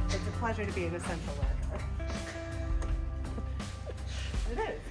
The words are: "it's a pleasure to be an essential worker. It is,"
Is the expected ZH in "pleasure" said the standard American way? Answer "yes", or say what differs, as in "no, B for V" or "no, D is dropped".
yes